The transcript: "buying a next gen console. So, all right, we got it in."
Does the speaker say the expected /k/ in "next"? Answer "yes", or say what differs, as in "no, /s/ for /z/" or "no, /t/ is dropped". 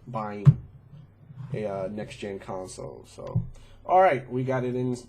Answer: yes